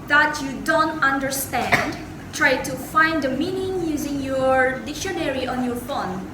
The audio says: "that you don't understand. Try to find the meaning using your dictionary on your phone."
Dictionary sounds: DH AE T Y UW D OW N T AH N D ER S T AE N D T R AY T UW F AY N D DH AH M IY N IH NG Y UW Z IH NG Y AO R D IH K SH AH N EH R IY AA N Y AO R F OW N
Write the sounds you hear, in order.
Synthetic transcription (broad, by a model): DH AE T Y UW D OW N T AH N D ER S T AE N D T R AY T UW F AY N D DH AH M IY N IH NG Y UW Z IH NG Y AO R D IH K SH AH N EH R IY AA N Y AO R F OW N